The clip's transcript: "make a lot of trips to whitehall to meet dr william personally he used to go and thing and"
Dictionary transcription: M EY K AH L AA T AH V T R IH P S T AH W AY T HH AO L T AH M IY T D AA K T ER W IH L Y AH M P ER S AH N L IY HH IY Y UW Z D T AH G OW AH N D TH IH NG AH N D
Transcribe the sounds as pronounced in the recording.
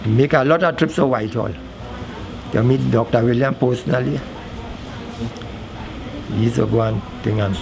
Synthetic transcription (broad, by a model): M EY K AH L AA T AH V T R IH P S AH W AY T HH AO L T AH M IY T D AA K T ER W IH L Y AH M P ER S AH N IY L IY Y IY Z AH G OW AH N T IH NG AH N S